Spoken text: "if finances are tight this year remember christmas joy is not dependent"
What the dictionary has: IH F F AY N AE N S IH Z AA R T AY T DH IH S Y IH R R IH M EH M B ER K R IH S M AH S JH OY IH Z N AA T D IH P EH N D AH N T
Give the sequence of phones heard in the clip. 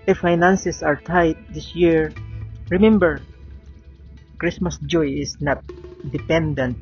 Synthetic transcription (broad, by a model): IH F F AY N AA N S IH S AA R T AY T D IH S Y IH R R IH M EH M B ER K R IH S M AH S JH OY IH S N AA T D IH P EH N D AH N T